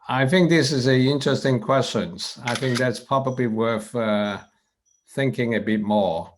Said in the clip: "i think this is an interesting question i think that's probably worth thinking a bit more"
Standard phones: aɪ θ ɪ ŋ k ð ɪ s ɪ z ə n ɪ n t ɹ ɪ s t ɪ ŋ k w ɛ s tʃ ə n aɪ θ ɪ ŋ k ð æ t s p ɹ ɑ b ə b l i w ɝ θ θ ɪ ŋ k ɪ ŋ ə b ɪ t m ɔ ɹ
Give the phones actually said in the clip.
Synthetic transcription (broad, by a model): aɪ θ ɪ ŋ k ð ɪ s ɪ z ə ɪ n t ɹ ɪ s t ɪ ŋ k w ɛ s tʃ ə n aɪ θ ɪ ŋ k ð æ t s p ɹ ɑ b ə b l i w ɝ θ θ ɪ ŋ k ɪ ŋ ə b ɪ t m ɔ ɹ